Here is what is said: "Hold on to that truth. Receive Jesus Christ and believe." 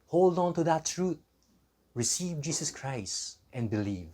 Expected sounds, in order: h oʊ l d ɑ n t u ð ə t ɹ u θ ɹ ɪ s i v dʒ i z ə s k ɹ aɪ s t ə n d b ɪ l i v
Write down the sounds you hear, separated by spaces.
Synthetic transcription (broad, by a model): h oʊ l d ɑ n t u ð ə t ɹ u t ɹ ɪ s i v dʒ i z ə s k ɹ aɪ s t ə n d b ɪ l i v